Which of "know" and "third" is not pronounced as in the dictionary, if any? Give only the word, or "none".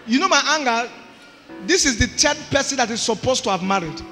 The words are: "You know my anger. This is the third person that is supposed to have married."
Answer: third